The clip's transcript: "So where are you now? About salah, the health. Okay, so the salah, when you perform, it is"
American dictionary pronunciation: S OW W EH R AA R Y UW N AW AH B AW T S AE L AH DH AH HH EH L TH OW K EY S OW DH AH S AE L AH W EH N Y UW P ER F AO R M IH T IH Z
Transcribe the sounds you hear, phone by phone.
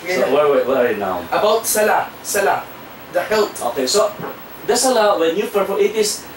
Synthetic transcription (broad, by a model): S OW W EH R AA R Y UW N AW AH B AW T S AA L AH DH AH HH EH L T OW K EY S OW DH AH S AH L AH W EH N Y UW F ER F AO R IH T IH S